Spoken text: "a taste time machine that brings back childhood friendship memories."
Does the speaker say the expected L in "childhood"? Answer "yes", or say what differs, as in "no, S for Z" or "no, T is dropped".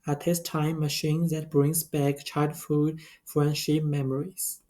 no, L is dropped